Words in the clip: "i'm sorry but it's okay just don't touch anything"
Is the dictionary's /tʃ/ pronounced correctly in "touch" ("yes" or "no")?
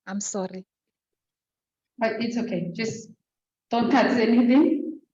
no